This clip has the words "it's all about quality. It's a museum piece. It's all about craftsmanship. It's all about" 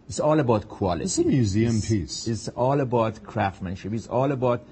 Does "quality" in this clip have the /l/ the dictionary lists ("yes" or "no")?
no